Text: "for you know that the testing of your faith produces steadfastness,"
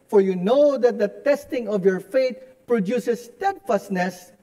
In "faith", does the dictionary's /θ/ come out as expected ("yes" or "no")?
no